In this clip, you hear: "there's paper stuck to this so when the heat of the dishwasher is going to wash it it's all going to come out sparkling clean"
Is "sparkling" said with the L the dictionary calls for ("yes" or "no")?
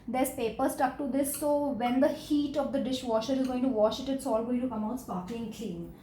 no